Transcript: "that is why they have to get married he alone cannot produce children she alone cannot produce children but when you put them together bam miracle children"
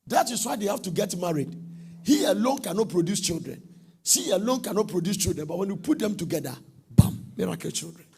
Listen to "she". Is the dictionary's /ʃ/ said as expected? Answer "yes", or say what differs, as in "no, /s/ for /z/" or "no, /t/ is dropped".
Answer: no, /s/ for /ʃ/